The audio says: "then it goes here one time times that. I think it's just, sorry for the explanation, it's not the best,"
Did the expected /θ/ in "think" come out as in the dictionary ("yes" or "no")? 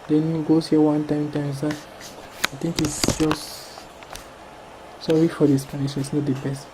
no